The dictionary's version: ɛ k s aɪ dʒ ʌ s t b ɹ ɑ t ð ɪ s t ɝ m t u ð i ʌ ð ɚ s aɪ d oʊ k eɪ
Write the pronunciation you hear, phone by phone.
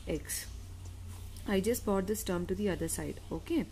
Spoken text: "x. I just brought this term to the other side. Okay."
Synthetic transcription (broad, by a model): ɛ k s aɪ dʒ ʌ s t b ɑ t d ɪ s t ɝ m t u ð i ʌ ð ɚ s aɪ d oʊ k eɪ